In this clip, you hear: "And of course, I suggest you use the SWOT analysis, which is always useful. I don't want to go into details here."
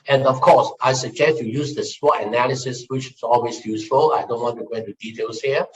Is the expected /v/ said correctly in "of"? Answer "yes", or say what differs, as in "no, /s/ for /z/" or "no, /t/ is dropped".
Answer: no, /f/ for /v/